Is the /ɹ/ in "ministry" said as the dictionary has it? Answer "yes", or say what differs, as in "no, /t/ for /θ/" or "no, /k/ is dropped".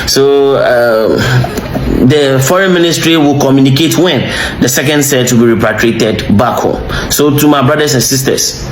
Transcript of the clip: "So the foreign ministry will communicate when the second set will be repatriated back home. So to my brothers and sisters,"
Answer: yes